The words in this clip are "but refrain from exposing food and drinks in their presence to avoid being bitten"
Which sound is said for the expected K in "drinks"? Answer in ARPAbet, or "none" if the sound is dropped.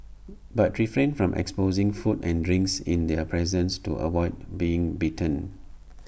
K